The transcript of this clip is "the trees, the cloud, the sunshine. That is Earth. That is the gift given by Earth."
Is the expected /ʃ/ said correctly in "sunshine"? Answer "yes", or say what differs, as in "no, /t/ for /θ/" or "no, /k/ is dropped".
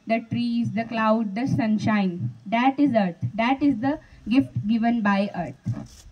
yes